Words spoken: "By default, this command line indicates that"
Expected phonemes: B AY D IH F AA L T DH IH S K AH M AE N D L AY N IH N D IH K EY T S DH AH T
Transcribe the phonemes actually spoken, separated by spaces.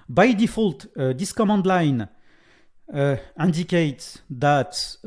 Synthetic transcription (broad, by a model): B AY D IH F AA L T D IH S K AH M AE N D L AY N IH N D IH K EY T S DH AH T